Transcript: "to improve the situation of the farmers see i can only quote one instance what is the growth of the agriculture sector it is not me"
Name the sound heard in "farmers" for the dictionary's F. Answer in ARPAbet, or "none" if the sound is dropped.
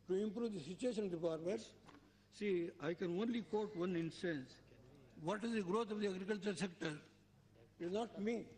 P